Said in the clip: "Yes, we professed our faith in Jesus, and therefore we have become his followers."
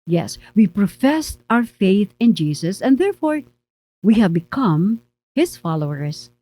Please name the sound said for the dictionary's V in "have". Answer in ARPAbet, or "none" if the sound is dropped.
V